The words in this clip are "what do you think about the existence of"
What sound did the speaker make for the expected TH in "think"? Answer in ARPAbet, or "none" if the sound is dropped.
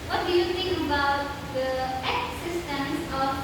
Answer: T